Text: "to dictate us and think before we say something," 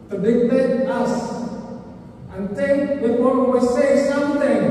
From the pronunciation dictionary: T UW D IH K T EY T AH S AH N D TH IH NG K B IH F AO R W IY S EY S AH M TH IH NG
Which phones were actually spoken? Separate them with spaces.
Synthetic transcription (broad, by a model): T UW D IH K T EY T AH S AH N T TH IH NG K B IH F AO W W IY S EY S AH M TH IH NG